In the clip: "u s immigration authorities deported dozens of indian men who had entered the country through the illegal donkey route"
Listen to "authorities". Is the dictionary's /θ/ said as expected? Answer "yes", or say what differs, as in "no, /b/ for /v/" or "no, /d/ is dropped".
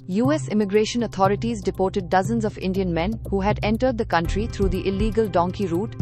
no, /t/ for /θ/